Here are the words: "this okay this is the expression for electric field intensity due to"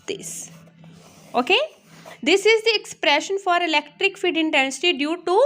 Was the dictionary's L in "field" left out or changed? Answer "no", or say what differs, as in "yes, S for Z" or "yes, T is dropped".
yes, L is dropped